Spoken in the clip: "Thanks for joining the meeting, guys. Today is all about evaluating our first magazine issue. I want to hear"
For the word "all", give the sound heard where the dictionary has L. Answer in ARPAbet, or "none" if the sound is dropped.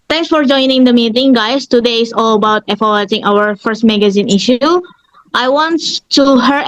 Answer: L